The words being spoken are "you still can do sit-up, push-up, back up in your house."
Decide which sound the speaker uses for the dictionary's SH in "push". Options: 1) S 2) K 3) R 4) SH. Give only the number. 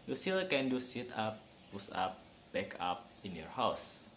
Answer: 1